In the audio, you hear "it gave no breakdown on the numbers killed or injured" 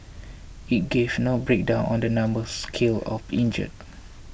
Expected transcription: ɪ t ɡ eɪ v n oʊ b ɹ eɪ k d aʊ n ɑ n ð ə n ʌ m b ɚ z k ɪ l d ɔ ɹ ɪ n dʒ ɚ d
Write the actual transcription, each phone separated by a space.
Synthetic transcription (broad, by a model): ɪ t ɡ eɪ v n oʊ b ɹ eɪ k d aʊ n ɑ n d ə n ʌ m b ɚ s k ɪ l ɔ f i n dʒ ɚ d